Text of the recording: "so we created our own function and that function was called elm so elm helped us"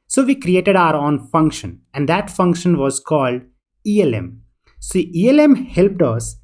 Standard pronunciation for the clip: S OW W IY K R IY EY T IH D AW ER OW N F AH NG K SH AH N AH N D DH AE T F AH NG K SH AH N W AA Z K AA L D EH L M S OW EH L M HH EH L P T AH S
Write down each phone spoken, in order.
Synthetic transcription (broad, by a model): S OW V IY K R IY EY T IH D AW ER OW N F AH NG K SH AH N AH N D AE T F AH NG K SH AH N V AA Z K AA L D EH L M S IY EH L M HH EH L P T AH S